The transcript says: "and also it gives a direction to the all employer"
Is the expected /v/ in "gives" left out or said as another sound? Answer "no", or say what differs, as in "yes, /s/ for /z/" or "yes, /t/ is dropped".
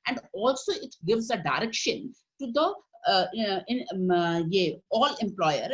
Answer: no